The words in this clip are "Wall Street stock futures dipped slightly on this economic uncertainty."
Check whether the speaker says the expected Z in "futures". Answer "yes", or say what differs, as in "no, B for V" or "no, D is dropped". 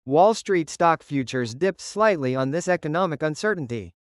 yes